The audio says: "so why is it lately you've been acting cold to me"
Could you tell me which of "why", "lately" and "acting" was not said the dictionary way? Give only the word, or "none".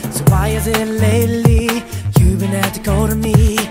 acting